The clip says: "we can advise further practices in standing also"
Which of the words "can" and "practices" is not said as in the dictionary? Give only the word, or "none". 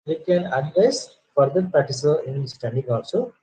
practices